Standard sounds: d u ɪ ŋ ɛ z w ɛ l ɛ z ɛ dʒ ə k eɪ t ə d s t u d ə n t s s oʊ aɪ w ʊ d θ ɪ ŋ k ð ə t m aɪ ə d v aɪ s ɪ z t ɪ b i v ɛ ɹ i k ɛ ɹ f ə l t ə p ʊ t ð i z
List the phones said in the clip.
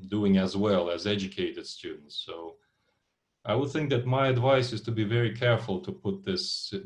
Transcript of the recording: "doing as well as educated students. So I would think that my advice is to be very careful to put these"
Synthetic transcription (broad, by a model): d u ɪ ŋ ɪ z w ɛ l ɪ z ɛ dʒ ə k eɪ t ə d s t u d n t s s oʊ aɪ w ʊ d θ ɪ ŋ k ð ə t m aɪ ə d v aɪ s ɪ z t ɪ b i v ɛ ɹ i k ɛ ɹ f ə l t ə p ʊ t ð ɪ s